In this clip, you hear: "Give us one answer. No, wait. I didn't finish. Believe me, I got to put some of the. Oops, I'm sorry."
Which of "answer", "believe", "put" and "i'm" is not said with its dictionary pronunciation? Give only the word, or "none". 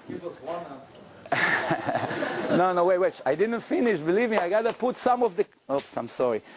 answer